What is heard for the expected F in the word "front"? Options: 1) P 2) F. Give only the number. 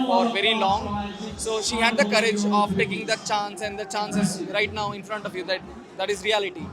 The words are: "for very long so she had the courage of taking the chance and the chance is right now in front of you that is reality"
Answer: 2